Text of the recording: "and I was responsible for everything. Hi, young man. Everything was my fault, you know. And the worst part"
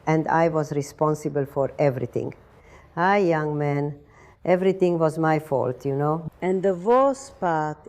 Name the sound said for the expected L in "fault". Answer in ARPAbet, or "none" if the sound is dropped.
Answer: L